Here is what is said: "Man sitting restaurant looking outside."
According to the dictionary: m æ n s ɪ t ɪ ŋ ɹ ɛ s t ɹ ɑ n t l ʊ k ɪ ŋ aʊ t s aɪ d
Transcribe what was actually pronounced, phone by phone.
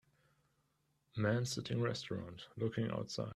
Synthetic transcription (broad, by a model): m æ n s ɪ t ɪ ŋ ɹ ɛ s t ɹ ɑ n t l ʊ k ɪ ŋ aʊ t s aɪ